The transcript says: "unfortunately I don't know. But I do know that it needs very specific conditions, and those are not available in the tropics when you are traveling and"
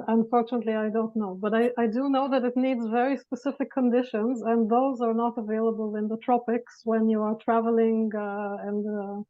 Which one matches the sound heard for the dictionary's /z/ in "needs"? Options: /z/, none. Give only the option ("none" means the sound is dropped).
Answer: /z/